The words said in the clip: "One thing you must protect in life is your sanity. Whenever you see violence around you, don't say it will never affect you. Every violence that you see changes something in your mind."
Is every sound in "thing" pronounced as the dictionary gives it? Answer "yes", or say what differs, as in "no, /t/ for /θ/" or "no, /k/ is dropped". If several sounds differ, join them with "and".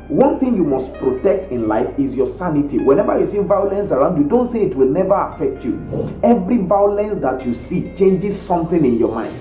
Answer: yes